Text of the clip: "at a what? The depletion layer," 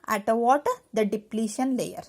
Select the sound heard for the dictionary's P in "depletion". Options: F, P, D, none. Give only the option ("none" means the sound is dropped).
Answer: P